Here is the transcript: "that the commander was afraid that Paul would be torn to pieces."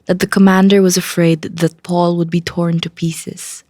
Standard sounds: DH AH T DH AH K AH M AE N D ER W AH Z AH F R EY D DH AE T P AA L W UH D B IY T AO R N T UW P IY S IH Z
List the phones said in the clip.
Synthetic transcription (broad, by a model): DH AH T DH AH K AH M AE N D ER W AH Z AH F R EY D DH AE T P AA L W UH D B IY T AO R N T UW P IY S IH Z